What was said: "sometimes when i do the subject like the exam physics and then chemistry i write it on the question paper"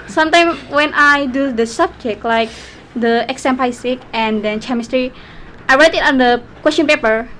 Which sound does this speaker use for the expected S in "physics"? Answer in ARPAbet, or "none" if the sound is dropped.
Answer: none